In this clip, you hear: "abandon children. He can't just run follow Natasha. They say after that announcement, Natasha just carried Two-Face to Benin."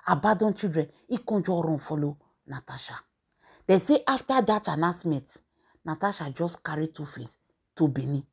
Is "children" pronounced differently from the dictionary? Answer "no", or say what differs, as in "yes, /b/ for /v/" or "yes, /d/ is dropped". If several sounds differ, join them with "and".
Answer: yes, /l/ is dropped